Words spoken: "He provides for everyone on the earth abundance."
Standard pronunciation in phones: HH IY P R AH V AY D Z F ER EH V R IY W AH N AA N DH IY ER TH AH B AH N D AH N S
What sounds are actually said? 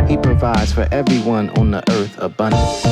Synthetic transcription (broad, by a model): HH IY P R AH V AY D Z F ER EH V R IY W AH N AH N DH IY ER TH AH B AH N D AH N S